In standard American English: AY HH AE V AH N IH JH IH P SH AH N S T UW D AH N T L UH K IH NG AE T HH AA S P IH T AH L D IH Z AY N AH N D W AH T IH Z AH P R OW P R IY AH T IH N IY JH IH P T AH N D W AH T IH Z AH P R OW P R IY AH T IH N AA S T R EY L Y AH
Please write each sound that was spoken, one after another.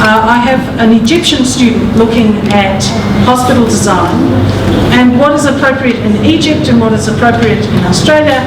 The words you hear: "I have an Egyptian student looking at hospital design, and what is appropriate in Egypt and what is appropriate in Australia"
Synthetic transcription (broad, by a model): AY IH V AH N IH JH IH P SH AH N S T UW D N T L UH K IH NG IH T HH AA S P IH T L D IH Z AY N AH N W AH T IH Z AH P R OW P R IY AH T IH N IY JH IH P T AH N W AH T IH Z AH P R OW P R IY AH T IH N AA S T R EY L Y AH